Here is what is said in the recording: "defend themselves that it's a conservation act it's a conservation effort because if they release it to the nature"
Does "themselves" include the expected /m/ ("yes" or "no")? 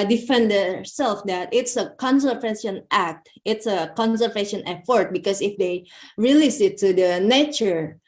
no